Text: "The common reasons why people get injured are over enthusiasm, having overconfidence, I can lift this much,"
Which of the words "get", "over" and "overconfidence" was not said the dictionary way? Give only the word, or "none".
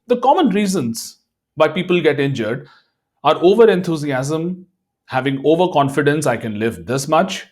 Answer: none